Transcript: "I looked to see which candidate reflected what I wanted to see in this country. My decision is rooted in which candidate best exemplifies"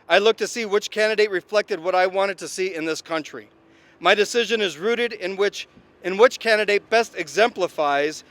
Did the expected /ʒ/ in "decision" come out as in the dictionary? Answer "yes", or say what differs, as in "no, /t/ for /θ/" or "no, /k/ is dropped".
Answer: yes